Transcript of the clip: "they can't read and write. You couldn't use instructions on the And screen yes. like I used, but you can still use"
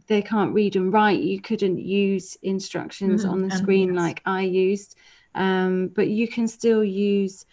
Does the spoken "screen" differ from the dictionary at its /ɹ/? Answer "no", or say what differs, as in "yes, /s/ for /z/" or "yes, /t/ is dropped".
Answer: no